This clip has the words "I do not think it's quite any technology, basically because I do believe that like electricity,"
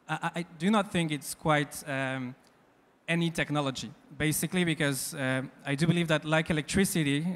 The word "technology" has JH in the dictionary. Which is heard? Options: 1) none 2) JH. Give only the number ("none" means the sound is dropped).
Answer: 2